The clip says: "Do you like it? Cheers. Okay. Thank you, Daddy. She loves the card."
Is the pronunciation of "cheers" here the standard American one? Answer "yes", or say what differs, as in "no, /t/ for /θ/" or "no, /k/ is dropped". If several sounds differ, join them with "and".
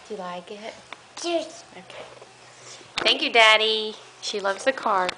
no, /z/ is dropped